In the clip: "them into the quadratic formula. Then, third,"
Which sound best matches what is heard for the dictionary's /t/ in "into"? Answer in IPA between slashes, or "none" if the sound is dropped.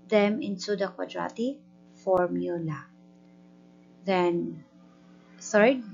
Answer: /s/